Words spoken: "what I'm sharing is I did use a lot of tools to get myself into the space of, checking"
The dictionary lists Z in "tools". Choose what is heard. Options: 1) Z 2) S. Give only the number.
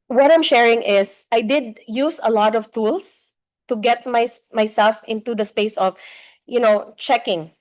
2